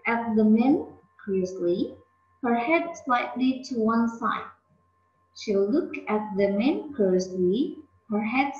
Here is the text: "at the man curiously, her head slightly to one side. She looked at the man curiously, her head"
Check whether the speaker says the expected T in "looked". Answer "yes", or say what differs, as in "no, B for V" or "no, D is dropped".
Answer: no, T is dropped